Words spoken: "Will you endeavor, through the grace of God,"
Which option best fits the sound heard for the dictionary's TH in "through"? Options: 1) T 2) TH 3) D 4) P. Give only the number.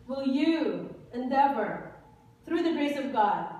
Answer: 2